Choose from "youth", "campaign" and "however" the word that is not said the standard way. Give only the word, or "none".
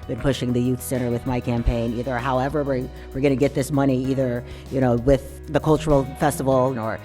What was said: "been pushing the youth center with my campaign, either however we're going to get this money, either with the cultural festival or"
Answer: none